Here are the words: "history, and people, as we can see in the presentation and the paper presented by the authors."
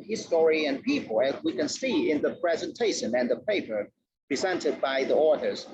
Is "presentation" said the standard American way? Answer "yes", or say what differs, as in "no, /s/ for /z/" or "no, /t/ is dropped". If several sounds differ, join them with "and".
yes